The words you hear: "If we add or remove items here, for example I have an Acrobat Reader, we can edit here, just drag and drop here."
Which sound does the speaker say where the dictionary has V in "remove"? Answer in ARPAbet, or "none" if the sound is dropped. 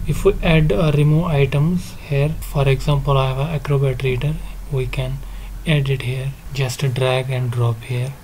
none